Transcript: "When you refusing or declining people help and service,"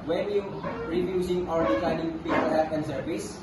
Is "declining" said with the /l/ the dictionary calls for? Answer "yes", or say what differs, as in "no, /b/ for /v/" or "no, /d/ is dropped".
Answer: no, /l/ is dropped